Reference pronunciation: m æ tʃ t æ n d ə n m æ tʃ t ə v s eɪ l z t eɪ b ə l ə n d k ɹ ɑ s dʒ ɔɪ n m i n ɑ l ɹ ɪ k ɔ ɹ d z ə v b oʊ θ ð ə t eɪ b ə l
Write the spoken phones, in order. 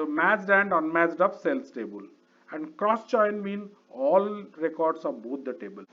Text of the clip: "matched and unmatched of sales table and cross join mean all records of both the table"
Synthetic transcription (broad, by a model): m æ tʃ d æ n d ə n m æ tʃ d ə p s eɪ l s t eɪ b ə l ə n d k ɹ ɑ s tʃ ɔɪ n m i n ɑ l ɹ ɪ k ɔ ɹ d s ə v b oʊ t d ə t eɪ b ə l